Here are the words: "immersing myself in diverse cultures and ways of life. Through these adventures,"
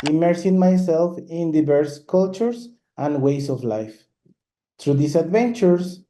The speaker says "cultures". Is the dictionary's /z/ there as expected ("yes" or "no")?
no